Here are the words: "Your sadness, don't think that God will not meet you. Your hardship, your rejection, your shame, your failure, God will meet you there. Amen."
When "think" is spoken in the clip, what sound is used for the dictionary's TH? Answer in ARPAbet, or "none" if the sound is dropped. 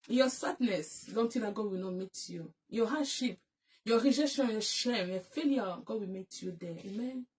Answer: T